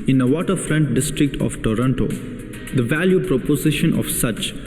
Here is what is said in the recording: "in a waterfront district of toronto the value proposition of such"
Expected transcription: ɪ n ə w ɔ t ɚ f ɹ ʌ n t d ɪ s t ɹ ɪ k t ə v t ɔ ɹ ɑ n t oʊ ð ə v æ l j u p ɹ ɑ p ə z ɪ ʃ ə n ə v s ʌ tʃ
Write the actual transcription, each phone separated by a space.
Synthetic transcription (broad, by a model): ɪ n ə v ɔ t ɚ f ɹ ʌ n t d ɪ s t ɹ ɪ k t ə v t ɔ ɹ ɑ n t oʊ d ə v æ l j u p ɹ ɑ p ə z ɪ ʃ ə n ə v s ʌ tʃ